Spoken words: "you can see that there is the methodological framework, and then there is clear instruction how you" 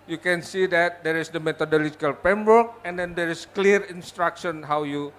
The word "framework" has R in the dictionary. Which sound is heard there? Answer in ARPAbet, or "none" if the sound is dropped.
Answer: none